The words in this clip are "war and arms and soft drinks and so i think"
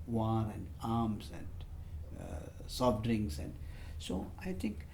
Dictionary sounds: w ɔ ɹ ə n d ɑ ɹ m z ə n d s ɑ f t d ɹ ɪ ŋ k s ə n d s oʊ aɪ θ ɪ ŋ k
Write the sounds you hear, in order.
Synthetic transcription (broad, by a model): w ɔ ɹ ə n d ɑ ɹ m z ə n d s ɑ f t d ɹ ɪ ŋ s ə n d s oʊ aɪ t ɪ ŋ k